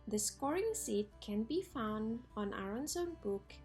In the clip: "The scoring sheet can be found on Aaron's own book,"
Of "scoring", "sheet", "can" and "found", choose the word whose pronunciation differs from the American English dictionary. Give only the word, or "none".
sheet